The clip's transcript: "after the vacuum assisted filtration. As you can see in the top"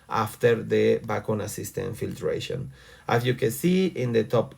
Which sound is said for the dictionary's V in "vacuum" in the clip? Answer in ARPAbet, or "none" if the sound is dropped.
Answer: B